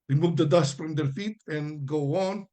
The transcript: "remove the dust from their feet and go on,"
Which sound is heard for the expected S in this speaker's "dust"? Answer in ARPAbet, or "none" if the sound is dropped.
S